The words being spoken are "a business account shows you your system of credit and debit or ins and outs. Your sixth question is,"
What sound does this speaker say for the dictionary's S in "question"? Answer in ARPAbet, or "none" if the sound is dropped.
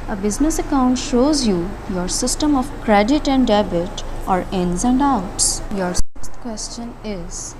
S